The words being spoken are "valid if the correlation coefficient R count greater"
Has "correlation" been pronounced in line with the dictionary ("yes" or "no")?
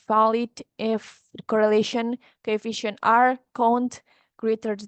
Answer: yes